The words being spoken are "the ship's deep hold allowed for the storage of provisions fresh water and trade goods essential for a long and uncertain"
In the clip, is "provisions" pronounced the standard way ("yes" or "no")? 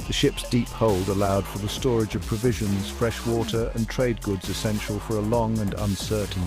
yes